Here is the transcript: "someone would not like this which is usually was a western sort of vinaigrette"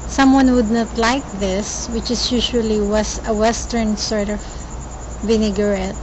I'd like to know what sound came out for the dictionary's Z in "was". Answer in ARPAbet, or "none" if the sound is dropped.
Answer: S